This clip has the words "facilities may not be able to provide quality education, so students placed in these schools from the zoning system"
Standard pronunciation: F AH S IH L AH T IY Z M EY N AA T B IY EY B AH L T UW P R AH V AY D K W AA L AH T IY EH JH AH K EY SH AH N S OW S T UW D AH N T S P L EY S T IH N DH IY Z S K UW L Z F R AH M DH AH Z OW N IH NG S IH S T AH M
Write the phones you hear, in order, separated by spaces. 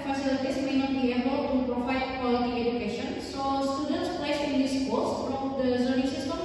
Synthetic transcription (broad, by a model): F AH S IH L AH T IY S M EY N AA T B IY EY B AH L T UW P R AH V AY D K W AA L AH T IY EH JH AH K EY SH AH N S OW S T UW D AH N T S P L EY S IH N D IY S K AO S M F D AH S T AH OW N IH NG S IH S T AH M